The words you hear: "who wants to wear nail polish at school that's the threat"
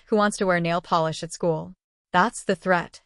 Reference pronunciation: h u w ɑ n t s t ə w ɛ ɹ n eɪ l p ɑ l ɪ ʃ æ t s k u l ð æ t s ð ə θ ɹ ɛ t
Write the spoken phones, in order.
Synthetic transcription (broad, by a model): h u w ɑ n t s t ə w ɛ ɹ n eɪ l p ɑ l ɪ ʃ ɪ t s k u l ð æ t s ð ə θ ɹ ɛ t